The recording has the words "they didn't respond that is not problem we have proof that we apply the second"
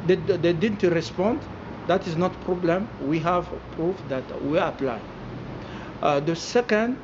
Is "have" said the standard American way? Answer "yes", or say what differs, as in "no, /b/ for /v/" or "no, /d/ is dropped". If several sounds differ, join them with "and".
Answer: yes